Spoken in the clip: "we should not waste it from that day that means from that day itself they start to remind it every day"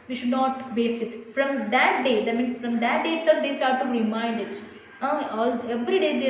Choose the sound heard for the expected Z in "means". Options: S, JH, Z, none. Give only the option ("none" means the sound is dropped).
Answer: S